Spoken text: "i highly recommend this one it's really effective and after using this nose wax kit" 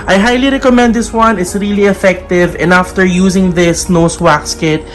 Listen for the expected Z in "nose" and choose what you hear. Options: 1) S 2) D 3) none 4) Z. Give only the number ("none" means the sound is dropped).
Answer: 1